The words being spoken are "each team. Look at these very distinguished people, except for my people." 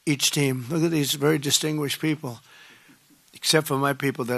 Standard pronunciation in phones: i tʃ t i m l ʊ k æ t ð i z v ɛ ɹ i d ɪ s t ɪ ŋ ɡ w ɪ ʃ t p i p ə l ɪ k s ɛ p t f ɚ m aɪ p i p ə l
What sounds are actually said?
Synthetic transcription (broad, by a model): i tʃ t i m l ʊ k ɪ t ð i z v ɛ ɹ i d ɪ s t ɪ ŋ ɡ w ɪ ʃ p i p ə l ɪ k s ɛ p t f ɚ m aɪ p i p l